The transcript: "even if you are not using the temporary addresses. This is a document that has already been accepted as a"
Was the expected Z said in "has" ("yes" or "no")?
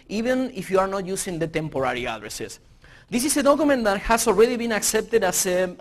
no